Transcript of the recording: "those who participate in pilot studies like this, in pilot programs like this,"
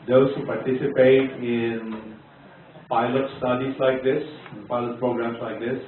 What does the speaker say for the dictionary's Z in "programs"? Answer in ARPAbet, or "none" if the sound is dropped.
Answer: S